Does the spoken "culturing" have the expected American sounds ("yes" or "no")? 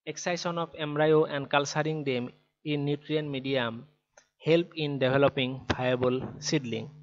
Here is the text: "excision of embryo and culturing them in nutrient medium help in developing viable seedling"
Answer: no